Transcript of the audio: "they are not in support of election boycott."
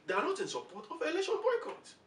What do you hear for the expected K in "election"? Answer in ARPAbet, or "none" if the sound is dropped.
none